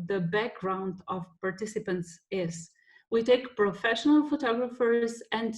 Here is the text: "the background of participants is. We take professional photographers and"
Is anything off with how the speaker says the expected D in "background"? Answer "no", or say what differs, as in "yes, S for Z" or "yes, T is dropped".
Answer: no